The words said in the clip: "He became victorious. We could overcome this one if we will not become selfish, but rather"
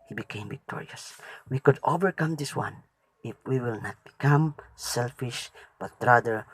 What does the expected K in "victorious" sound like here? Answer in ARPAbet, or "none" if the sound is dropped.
K